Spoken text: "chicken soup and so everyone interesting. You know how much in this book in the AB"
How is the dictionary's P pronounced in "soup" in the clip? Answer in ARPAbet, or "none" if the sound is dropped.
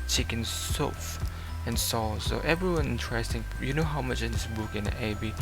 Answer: F